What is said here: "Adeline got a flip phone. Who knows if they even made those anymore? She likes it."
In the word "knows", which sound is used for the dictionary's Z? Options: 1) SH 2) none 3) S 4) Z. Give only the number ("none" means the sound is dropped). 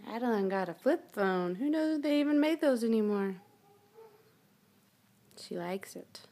2